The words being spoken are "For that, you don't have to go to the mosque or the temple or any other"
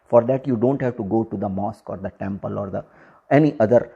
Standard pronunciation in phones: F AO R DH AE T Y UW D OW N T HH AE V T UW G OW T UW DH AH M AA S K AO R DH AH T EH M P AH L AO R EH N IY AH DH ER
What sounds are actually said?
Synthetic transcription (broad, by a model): F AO R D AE T Y UW D OW N T HH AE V T UW G OW T UW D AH M AA S K AO R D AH T EH M P AH L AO R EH N IY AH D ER